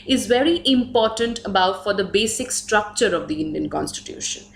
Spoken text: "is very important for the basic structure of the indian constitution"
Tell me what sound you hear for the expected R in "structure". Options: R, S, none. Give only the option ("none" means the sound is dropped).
R